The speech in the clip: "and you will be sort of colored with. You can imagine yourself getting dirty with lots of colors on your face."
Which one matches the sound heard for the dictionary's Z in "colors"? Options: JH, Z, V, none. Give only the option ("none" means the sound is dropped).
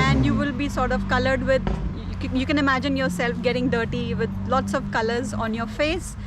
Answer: Z